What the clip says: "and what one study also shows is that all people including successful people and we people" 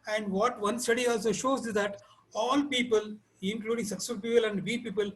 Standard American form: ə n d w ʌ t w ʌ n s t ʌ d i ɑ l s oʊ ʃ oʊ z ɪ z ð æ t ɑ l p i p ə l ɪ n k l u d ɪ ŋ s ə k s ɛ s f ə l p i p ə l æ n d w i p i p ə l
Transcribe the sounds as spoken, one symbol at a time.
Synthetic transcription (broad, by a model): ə n d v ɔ t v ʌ n s t ʌ d i ɑ l s oʊ ʃ oʊ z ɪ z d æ t ɑ l p i p ə l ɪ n k l u d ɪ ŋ s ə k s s ə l p i p ə l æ n d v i p i p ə l